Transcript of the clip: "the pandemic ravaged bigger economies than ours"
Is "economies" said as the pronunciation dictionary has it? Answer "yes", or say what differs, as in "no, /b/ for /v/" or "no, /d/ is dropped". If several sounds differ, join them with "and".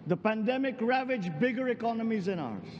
yes